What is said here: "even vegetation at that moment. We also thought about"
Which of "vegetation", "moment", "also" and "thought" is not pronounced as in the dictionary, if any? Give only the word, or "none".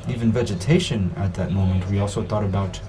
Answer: none